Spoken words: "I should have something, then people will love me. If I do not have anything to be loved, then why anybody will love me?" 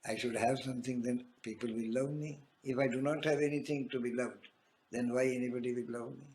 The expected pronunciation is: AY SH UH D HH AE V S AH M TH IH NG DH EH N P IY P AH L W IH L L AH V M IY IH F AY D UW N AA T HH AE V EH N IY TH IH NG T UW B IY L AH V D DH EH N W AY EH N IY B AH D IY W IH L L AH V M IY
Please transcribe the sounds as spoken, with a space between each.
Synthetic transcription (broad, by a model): AY SH UH D HH AE V S AH M T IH NG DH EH N P IY P AH L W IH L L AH V M IY IH F AY D UW N AA T HH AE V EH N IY T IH NG T UW B IY L AH V D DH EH N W AY EH N IY B AH D IY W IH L L AH V M IY